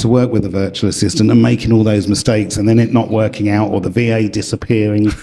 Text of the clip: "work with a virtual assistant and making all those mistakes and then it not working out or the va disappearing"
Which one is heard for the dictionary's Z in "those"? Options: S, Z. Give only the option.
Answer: Z